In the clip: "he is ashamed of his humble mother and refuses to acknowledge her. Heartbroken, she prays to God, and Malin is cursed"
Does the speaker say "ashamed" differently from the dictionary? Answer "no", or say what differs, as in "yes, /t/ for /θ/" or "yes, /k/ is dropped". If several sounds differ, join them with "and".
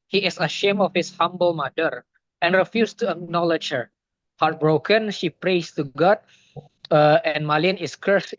yes, /d/ is dropped